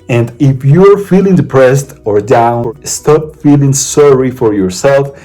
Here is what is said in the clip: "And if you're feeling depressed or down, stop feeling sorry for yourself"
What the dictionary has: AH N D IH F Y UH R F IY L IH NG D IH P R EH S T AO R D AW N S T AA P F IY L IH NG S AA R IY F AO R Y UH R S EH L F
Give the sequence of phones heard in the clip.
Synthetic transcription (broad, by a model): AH N D IH F Y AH R F IY L IH NG D IH P R EH S T AO R D AW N S T AA P F IY L IH NG S AA R IY F AO R Y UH R S EH L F